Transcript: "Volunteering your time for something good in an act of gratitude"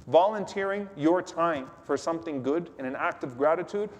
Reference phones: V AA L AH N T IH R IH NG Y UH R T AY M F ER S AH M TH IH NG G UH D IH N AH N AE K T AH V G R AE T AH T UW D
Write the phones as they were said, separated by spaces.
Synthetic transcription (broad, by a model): V AA L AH N T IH R IH NG Y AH R T AY M F ER S AH M TH IH NG G UH D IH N AH N AE K T AH V G R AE T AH T UW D